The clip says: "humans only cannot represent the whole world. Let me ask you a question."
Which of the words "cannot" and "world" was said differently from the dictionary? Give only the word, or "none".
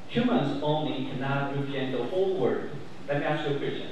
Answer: world